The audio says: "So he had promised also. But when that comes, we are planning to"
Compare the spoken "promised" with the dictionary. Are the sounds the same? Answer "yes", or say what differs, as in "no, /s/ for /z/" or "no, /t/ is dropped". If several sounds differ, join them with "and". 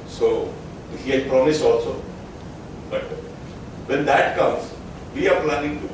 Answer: no, /t/ is dropped